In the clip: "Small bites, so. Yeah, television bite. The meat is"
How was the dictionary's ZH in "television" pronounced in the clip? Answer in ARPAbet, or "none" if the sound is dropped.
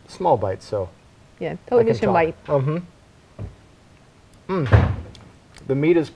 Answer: S